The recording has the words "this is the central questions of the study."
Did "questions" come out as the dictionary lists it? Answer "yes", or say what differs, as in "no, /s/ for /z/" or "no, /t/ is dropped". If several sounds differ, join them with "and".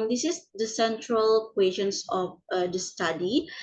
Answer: no, /s/ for /z/